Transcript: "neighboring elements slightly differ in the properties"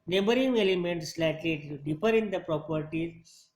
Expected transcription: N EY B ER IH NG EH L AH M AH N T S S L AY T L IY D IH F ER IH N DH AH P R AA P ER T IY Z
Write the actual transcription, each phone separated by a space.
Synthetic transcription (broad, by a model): N EY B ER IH NG EH L AH M AH N T S S L AY T L IY D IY P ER IH N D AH P R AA P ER T IY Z